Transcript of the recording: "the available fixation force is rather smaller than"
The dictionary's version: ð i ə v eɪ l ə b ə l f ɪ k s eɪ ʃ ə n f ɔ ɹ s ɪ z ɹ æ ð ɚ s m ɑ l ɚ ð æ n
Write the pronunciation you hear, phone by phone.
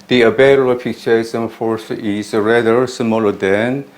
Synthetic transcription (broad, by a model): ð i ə b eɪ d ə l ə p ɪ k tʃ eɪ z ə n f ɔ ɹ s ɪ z ɹ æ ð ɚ s m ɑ l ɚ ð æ n